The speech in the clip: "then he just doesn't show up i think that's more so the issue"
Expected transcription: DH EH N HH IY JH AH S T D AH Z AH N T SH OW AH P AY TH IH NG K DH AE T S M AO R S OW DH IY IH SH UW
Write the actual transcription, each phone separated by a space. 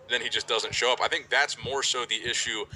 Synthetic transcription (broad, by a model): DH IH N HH IY JH AH S D AH Z AH N T SH OW AH P AY TH IH NG K DH AE T S M AO R S OW DH IY IH SH UW